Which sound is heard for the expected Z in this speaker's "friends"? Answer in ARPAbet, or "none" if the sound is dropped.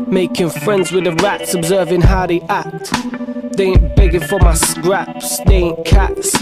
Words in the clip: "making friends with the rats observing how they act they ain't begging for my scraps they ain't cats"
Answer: Z